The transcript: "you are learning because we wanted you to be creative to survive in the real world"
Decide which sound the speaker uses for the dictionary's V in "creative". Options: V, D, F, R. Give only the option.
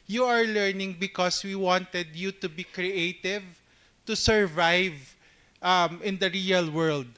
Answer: V